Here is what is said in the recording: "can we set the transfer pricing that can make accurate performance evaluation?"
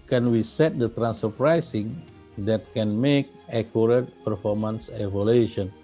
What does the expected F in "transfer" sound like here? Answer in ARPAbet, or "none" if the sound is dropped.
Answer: none